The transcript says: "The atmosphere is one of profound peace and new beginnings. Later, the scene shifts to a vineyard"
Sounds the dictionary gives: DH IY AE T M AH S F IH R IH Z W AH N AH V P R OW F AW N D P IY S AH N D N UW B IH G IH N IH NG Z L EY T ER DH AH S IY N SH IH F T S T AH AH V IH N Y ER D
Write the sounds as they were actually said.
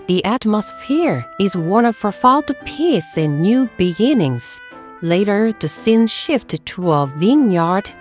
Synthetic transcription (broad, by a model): DH IY AE T M AH S F IH R IH Z W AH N AH V F R F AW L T P IY S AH N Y UW B IH G IH N IH NG Z L EY T ER DH AH S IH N SH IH F T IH T AH AH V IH N Y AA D